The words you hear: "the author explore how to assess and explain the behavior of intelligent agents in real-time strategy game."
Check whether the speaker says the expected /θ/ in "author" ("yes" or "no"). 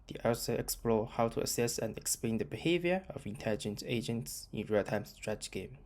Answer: no